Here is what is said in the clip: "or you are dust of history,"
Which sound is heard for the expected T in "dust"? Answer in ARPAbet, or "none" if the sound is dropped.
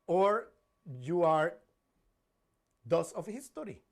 none